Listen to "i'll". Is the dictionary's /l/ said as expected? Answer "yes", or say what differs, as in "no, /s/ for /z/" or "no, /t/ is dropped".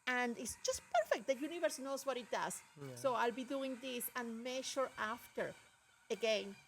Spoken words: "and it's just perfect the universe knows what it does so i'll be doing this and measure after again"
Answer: yes